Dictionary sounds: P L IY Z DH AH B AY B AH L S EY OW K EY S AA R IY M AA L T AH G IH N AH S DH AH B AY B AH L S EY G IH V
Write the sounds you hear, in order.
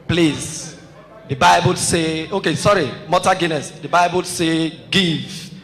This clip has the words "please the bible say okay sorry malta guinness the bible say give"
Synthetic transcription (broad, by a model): P L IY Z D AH B AY B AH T S EY OW K EY S AA R IY M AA T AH G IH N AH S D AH B AY B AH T S EY G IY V